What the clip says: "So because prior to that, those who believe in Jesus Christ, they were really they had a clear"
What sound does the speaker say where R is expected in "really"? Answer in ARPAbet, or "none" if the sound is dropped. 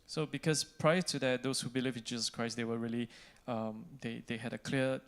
L